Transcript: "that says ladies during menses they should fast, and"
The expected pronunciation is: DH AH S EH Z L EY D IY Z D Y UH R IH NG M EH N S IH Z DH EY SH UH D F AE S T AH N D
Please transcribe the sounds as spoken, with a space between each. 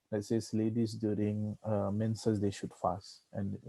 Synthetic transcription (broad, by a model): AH S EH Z L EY D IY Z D Y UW R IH NG M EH N S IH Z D EY SH UH D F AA S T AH N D